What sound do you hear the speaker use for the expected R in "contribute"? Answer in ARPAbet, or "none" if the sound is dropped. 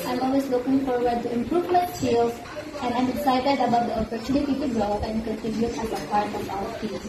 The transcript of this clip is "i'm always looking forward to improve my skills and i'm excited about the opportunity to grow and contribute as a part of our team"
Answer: none